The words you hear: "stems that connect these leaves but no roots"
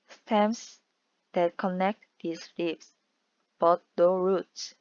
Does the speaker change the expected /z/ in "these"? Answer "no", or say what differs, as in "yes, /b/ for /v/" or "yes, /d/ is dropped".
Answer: yes, /s/ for /z/